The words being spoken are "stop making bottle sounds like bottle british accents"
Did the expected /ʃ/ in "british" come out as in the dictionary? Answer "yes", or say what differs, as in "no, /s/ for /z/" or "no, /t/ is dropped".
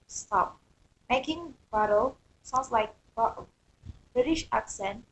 yes